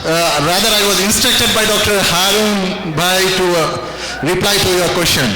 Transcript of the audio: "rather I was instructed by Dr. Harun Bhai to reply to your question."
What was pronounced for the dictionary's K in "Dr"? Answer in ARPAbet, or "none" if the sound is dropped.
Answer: K